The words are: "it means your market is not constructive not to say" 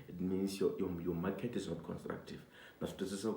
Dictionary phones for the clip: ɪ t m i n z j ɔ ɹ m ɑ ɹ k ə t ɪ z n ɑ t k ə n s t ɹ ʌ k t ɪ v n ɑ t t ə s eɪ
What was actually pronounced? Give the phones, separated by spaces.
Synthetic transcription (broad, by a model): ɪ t m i n s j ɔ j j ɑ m k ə t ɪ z n ɑ t k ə n s t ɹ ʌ k t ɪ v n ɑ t s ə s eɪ